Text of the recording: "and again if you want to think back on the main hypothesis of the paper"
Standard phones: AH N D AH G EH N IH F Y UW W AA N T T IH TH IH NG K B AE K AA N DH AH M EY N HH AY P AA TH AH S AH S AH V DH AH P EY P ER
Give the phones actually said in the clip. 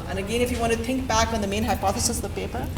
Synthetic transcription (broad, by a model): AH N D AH G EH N IH F Y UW W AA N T T IH TH IH NG K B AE K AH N DH AH M EY N HH AY P AA TH AH S AH S AH V P EY P ER